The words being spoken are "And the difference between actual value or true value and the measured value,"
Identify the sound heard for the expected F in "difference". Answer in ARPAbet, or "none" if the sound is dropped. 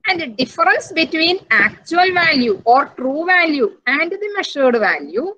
none